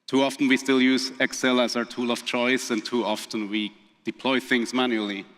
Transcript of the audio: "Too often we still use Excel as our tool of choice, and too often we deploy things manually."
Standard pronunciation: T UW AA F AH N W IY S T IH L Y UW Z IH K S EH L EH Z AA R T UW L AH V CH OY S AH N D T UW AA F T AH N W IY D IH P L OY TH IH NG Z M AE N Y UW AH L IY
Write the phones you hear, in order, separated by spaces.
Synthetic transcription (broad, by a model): T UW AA F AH N W IY S T IH L Y UW Z IH K S EH L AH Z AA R T UW L AH V CH OY S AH N T UW AA F T AH N W IY D IH P L OY TH IH NG Z M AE N Y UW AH L IY